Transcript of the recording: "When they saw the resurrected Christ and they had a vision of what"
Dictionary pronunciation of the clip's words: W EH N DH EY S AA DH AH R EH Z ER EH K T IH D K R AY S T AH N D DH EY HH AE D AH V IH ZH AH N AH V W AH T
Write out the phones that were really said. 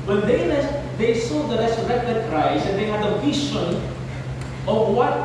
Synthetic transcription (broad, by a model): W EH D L EY S AA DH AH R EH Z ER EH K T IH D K R AY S AH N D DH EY HH AE D AH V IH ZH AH N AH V W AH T